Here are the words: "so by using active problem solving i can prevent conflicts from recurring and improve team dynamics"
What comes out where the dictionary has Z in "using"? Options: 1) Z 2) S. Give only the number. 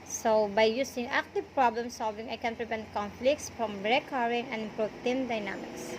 2